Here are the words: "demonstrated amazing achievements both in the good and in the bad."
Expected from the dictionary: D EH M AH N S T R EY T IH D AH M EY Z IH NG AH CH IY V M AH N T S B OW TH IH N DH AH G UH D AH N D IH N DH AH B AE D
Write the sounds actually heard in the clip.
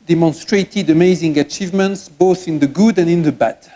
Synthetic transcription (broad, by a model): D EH M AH N S T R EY T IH D AH M EY Z IH NG AH CH IY V M AH N T S B OW TH IH N DH AH G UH D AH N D IH N DH AH B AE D